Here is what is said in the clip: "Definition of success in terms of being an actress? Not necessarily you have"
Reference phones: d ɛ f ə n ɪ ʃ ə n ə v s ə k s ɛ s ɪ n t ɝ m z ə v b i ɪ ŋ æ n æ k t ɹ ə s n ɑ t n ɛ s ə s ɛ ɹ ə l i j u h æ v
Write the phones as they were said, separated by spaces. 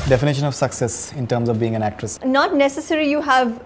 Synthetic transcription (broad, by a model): d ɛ f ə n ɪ ʃ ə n ə v s ə k s ɛ s ɪ n t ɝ m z ə v b i ɪ ŋ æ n æ k t ɹ ə s n ɑ t n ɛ s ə s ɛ ɹ i j u h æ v